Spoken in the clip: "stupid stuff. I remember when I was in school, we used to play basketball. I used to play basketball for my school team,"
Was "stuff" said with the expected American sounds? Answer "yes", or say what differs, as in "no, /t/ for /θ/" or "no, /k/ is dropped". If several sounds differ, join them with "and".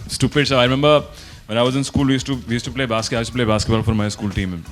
no, /f/ is dropped